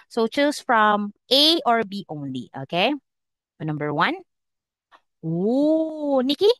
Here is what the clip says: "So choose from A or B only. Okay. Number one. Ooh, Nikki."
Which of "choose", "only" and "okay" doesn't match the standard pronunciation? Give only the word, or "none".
choose